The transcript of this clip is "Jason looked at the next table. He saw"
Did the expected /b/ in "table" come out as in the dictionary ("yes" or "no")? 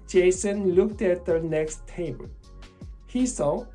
no